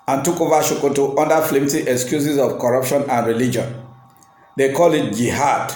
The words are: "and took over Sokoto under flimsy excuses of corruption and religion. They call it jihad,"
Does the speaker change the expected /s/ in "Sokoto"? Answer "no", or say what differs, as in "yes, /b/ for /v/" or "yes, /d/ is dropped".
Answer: yes, /ʃ/ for /s/